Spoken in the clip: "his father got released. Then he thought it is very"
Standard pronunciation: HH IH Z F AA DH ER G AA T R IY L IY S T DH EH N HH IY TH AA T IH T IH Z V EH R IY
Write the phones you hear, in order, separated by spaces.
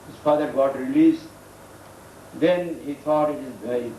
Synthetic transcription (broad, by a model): HH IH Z F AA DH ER G AA T R IY L IY S T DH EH N HH IY T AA T IH T IH Z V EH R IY